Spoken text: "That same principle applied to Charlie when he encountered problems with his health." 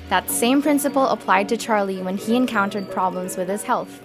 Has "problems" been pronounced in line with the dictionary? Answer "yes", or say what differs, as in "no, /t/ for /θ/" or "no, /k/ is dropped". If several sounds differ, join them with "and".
yes